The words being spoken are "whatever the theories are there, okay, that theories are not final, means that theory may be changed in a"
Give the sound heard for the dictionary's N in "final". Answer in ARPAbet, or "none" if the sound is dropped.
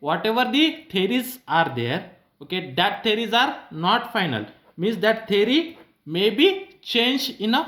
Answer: N